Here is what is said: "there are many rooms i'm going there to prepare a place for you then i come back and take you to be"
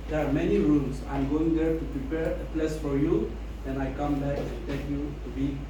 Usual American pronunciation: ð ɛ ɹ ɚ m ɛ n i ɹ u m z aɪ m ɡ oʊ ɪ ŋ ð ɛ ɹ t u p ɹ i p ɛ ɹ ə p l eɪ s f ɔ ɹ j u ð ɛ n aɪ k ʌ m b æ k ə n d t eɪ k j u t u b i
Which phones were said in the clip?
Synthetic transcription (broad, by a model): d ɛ ɹ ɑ m ɛ n i ɹ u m s aɪ m ɡ oʊ ɪ ŋ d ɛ ɹ t u p ɹ i p ɛ ɹ ə p l eɪ s f ɔ ɹ j u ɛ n aɪ k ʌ m b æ k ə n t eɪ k j u t u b i